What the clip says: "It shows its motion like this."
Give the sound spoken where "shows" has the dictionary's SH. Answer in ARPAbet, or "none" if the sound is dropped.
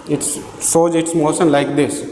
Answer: S